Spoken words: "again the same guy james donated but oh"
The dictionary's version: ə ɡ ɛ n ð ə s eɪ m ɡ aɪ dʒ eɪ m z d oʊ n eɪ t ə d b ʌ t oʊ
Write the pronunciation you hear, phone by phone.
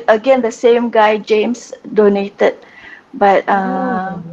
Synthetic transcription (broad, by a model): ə ɡ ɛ n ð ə s eɪ m ɡ aɪ dʒ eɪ m s d oʊ n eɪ t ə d b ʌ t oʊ